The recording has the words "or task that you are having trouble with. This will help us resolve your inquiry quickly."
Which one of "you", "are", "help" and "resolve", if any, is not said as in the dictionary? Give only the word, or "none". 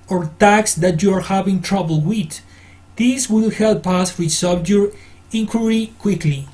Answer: resolve